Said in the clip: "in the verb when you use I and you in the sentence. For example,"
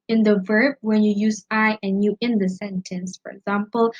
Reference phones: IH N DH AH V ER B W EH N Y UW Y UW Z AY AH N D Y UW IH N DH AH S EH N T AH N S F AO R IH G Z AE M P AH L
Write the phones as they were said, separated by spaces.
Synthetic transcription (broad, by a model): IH N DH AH V ER B W EH N Y UW Y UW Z AY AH N Y UW IH N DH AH S EH N T AH N S F AO R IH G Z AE M P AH L